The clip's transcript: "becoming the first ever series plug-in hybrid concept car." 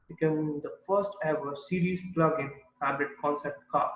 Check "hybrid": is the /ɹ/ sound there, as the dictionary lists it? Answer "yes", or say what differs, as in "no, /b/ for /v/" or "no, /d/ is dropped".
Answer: no, /ɹ/ is dropped